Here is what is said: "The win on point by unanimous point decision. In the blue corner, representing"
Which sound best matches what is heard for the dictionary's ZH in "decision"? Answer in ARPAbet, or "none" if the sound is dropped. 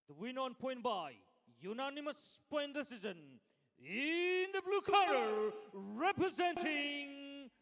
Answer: Z